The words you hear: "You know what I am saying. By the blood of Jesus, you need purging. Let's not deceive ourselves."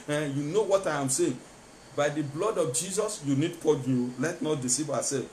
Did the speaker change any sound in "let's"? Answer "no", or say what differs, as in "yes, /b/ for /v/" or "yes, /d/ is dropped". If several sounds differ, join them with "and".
yes, /s/ is dropped